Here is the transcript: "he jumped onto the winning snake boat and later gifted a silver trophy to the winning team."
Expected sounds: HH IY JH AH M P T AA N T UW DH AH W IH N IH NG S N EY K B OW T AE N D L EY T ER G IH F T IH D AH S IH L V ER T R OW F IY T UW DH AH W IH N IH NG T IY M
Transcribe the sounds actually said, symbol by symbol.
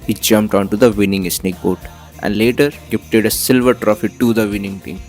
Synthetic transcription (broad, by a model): HH IY JH AH M P T AA N T UW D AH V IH N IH NG S N EY K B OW T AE N D L EY T ER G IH P T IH D AH S IH L V ER T R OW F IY T UW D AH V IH N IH NG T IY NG